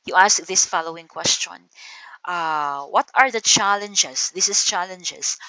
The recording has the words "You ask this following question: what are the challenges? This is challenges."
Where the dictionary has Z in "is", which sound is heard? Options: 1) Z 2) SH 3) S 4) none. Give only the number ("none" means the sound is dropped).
3